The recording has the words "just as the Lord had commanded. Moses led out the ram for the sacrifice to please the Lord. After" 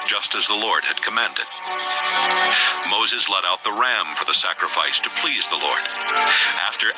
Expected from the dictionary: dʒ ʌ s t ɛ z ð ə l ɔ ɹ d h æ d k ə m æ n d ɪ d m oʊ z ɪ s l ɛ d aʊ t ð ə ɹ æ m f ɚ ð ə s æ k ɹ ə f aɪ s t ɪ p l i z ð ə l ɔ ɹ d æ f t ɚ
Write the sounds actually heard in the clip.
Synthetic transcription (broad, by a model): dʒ ʌ s t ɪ z ð ə l ɔ ɹ d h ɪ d k ə m æ n d ɪ d m oʊ z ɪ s l ɛ d aʊ t ð ə ɹ æ m f ɚ ð ə s æ k ɹ ə f aɪ s t ɪ p l i z ð ə l ɔ ɹ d æ f t ɚ